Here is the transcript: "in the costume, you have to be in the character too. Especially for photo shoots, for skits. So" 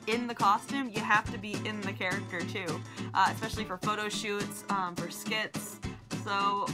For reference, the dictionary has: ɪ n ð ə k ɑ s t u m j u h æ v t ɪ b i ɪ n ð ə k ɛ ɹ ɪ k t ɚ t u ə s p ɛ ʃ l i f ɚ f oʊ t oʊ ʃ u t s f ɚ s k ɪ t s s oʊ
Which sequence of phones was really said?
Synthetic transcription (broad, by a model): ɪ n ð ə k ɑ s t u m j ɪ h æ f t ɪ b i ɪ n ð ə k ɛ ɹ ɪ k t ɚ t u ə s p ɛ ʃ l i f ɚ f oʊ t oʊ ʃ u t s f ɚ s k ɪ t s s oʊ